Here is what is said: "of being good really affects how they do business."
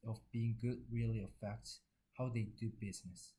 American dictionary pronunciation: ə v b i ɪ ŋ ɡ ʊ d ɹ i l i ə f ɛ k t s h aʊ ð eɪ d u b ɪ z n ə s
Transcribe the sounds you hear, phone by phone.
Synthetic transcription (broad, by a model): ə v b i ɪ ŋ ɡ ʊ d ɹ i l i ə f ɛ k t h aʊ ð eɪ d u b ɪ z n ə s